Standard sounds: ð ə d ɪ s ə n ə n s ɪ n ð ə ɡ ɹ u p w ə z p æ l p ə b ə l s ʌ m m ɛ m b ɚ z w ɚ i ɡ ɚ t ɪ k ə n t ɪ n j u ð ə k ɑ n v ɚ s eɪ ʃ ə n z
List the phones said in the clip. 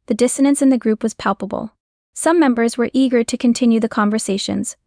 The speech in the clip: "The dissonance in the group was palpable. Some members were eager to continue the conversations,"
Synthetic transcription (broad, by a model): ð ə d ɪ s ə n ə n s ɪ n ð ə ɡ ɹ u p w ə z p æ l p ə b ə l s ʌ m m ɛ m b ɚ z w ɚ i ɡ ɚ t ɪ k ə n t ɪ n j u ð ə k ɑ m v ɚ s eɪ ʃ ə n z